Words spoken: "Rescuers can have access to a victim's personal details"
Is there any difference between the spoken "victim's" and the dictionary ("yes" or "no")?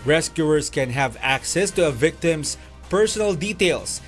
yes